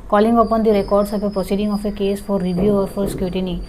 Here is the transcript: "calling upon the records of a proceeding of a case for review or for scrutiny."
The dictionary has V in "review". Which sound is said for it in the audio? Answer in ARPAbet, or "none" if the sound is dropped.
B